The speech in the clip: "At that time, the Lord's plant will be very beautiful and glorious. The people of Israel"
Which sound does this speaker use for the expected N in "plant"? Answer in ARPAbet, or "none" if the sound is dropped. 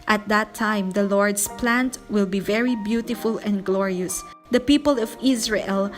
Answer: N